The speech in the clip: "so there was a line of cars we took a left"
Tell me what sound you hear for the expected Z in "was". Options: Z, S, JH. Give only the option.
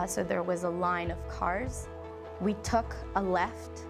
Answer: Z